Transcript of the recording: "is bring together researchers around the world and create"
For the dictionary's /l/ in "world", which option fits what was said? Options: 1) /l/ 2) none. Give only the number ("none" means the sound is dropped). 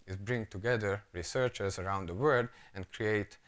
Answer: 2